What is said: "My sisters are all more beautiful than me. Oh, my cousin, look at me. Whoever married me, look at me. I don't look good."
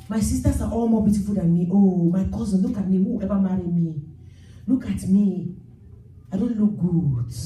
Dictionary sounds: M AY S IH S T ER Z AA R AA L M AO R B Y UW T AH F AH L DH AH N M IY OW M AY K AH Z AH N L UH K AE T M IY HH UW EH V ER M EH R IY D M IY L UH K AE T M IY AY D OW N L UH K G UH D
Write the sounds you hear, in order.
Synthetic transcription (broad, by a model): M AY S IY S T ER S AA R AA L M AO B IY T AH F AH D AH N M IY OW M AY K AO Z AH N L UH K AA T M IY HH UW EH B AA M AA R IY M IY L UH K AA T M IY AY D OW N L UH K G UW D